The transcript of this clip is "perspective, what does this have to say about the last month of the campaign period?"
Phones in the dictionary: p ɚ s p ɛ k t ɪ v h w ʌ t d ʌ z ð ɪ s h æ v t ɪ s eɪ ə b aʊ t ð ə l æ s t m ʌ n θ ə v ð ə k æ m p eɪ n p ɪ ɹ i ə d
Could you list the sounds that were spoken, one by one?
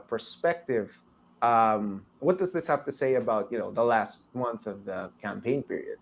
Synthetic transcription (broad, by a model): p ɚ s p ɛ k t ɪ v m w ʌ t d ʌ z ð ɪ s h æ f t ɪ s eɪ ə b aʊ t ð ə l æ s t m ʌ n θ ə v ð ə k æ m p eɪ n p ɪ ɹ i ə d